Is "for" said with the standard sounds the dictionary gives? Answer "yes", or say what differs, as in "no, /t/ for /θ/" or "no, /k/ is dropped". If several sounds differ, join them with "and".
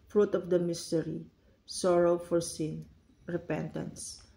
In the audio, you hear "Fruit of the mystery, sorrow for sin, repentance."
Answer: yes